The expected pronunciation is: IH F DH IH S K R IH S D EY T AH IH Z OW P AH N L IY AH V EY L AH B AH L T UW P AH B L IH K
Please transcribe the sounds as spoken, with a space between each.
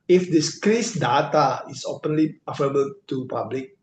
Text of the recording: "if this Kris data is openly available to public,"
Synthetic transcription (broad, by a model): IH F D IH S K R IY S D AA T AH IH S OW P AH N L IY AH F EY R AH B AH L T UW P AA B L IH K